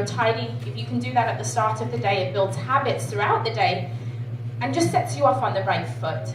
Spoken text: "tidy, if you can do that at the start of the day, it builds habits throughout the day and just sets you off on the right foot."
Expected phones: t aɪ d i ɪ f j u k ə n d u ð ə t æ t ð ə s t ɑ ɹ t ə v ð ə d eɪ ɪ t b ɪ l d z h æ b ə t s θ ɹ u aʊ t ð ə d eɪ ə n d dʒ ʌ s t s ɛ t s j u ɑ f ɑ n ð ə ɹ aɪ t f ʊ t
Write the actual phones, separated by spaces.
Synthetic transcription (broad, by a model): t aɪ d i ɪ f j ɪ k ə n d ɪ ð ə t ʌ t ð ə s t ɑ ɹ t ə v ð ə d eɪ ɪ t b ɪ l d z h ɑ b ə t s θ ɹ u aʊ t ð ə d eɪ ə n dʒ ʌ s t s ɛ t s j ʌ ɑ f n ð ə ɹ aɪ t f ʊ t